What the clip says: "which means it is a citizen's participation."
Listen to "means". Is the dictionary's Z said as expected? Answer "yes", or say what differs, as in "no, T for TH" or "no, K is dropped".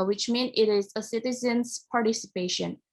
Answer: no, Z is dropped